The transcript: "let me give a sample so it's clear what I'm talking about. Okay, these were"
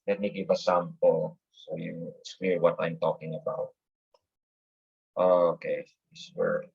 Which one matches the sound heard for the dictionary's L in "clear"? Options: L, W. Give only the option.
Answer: W